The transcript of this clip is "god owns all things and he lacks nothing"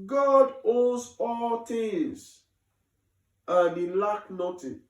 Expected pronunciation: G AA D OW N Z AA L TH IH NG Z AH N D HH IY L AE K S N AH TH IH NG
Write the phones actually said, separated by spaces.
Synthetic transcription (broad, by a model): G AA D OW Z AA L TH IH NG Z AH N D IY L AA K N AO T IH